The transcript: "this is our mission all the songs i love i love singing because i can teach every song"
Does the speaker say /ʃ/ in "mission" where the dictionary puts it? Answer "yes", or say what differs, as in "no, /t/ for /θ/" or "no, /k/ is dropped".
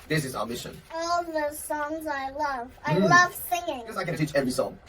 yes